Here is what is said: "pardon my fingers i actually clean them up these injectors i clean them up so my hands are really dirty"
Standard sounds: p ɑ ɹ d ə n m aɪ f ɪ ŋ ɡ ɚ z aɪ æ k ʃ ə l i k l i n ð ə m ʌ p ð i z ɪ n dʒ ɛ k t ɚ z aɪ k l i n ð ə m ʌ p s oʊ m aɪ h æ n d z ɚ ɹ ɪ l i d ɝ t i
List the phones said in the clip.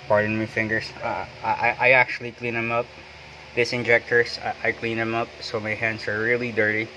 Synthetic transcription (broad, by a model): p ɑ ɹ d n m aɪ f ɪ ŋ ɡ ɚ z aɪ æ k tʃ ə l i k l i n ð ə m ʌ p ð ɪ s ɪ n dʒ ɛ k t ɚ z aɪ k l i n ð ə m ʌ p s oʊ m aɪ h æ n d z ɚ ɹ ɪ l i d ɝ t i